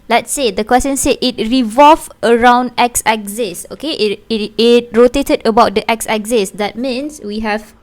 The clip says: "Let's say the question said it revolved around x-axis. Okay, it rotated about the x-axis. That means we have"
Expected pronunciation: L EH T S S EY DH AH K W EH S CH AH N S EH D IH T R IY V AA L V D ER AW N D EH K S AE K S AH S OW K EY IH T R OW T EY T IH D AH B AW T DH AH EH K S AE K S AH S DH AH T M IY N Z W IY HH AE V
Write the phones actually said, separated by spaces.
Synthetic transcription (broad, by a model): L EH T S S EY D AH K W EH S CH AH N S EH IH T R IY V AA L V ER AW N D EH K S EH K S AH S OW K EY IH T R OW T EY T IH D AH B AW T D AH EH K S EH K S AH S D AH T M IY N S W IY HH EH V